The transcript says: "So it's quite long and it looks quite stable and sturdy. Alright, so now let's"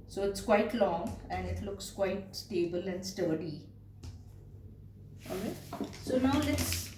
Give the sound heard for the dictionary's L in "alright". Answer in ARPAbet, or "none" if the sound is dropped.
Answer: none